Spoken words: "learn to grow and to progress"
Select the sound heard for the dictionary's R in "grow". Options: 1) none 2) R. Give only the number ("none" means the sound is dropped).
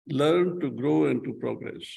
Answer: 2